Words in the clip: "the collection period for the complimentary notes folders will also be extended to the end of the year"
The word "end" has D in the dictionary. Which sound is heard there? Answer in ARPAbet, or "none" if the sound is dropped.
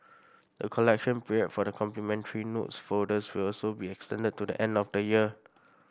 D